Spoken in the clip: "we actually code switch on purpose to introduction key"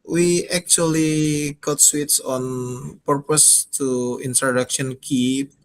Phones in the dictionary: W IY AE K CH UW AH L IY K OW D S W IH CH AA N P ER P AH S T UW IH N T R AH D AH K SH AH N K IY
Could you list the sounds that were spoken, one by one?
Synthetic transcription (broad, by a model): W IY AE K CH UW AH L IY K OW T S W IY S AA N P ER P AH S T UW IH N T R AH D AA K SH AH N K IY